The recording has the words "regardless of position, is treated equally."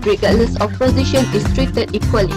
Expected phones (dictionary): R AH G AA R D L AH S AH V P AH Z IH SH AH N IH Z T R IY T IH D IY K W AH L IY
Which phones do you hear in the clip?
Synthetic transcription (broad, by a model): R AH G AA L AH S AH F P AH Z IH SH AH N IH S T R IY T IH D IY K W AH L IY